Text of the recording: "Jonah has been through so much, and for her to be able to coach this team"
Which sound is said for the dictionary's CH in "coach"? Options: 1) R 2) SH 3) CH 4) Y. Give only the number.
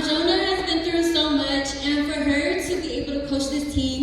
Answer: 2